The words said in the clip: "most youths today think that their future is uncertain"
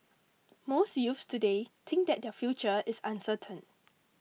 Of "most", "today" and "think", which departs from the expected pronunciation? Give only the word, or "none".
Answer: think